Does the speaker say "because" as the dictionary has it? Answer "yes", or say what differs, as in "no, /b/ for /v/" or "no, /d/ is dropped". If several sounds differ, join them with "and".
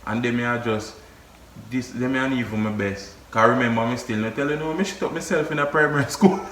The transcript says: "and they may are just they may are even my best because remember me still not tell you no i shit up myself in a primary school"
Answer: no, /z/ is dropped